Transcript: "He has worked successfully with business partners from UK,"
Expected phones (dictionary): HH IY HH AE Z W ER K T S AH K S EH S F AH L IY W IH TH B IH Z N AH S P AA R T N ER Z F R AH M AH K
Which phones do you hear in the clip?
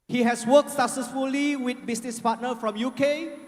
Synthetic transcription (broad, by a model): HH IY HH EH S W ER K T S AH K S EH S F AH L IY W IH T B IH S N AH S P AA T N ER F R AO M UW K